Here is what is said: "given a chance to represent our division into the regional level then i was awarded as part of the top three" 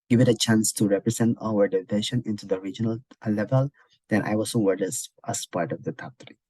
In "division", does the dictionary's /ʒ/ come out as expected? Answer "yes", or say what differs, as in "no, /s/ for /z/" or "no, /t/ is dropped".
no, /ʃ/ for /ʒ/